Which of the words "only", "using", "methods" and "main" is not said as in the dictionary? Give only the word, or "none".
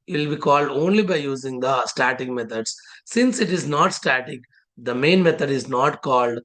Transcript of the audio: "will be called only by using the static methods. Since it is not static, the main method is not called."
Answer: methods